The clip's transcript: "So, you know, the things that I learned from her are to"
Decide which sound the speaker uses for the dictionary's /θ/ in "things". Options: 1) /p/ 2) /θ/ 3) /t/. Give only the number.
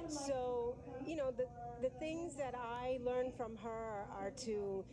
2